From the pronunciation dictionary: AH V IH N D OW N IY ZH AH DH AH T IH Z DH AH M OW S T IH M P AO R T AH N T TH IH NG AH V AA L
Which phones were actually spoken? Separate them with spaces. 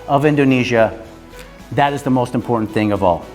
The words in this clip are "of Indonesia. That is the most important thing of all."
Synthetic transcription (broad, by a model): AH V IH N D OW N IY ZH AH DH AH T IH Z DH AH M OW S T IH M P AO R T N TH IH NG AH V AA L